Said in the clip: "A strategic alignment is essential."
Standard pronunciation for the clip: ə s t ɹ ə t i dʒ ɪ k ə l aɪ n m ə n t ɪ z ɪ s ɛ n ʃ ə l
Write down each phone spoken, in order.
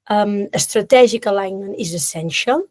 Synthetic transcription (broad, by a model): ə s t ɹ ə t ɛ ʒ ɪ k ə l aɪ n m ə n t ɪ z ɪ s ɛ n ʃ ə l